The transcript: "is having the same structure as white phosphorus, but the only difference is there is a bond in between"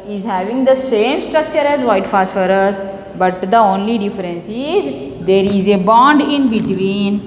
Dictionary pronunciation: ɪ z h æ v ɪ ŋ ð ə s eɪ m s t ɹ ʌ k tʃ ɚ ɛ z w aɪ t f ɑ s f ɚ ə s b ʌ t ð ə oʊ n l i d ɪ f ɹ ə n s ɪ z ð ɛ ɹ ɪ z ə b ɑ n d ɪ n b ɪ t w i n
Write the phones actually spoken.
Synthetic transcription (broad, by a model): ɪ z h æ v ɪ ŋ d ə s eɪ m s t ɹ ʌ k tʃ ɚ ɛ z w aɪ t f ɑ s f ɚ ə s b ʌ t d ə oʊ n l i d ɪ f ɹ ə n s ɪ z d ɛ ɹ ɪ z ə b ɑ n d ɪ n b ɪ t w i n